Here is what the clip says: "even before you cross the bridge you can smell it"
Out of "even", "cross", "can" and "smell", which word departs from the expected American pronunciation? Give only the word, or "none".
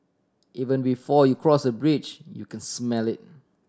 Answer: none